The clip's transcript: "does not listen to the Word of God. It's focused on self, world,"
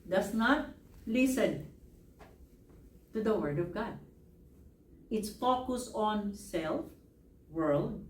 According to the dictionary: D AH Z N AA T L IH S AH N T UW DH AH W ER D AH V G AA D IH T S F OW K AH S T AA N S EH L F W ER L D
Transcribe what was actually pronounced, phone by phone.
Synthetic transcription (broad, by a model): D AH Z N AA T L IH S AH N T UW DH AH W ER D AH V G AA D IH T S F OW K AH S AA N S EH L F W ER L D